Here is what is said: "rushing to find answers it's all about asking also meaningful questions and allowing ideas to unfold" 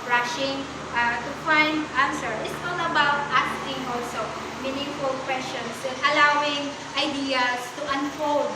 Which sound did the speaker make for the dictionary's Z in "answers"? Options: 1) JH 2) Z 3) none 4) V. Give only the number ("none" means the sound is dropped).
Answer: 3